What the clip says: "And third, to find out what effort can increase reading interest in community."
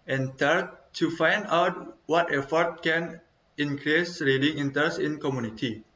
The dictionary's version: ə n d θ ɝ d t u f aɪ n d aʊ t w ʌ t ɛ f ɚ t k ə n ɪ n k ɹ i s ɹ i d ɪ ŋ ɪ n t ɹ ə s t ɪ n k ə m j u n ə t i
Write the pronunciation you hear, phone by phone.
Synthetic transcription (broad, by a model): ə n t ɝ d t u f aɪ n d aʊ t w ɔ t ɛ f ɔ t k ə n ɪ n k ɹ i s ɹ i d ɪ ŋ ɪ n t ə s ɪ n k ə m j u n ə t i